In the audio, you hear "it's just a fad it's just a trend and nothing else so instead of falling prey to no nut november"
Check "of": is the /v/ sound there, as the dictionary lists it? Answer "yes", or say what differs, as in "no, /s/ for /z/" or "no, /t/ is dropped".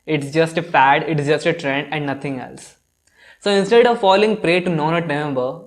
yes